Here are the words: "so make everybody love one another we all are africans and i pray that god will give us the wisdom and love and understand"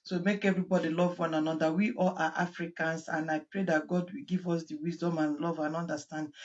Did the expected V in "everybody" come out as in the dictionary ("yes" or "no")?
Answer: yes